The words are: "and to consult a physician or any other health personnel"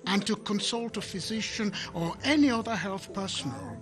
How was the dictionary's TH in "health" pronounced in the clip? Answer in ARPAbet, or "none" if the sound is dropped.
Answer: TH